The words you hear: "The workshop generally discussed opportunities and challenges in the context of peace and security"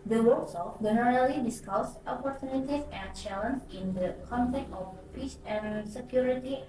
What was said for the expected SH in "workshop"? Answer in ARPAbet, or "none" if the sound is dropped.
S